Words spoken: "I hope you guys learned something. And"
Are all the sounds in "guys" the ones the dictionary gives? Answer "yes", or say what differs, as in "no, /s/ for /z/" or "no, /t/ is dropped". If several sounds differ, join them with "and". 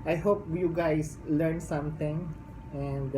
no, /s/ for /z/